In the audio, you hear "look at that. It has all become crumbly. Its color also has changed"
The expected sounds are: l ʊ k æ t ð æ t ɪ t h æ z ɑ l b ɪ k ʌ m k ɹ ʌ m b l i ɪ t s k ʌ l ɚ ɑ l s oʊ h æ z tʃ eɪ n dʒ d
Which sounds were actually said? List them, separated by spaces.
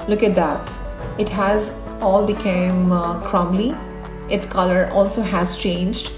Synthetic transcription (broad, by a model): l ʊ k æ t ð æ t ɪ t h æ z ɑ l b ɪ k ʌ m k ɹ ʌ m l i ɪ t s k ʌ l ɚ ɑ l s oʊ h æ z tʃ eɪ n dʒ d